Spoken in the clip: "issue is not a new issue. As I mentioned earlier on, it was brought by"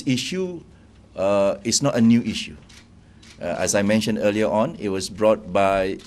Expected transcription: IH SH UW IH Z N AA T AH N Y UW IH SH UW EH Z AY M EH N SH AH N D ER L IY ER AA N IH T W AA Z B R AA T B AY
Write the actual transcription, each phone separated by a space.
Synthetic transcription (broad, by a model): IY SH UW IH S N AA T AH N Y UW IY SH UW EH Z AY M EH N SH AH N D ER L IY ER AA N IH T W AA S B R AA T B AY